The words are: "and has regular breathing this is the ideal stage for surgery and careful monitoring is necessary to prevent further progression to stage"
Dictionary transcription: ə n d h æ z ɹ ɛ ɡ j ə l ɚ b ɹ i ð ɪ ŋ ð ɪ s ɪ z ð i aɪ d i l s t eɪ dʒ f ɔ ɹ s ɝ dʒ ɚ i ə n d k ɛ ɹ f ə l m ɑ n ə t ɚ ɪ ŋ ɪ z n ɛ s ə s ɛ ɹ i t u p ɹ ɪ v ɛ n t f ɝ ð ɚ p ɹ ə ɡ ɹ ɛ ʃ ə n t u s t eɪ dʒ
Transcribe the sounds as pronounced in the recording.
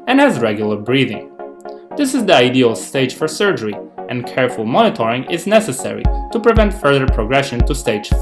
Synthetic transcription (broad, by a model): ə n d h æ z ɹ ɛ ɡ j l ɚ b ɹ i ð ɪ ŋ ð ɪ s ɪ z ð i aɪ d i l s t eɪ dʒ f ɔ ɹ s ɝ dʒ ɚ i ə n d k ɛ ɹ f ə l m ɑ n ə t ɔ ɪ ŋ ɪ z n ɛ s ə s ɛ ɹ i t u p ɹ ɪ v ɛ n t f ɝ ð ɚ p ɹ ə ɡ ɹ ɛ ʃ ə n t u s t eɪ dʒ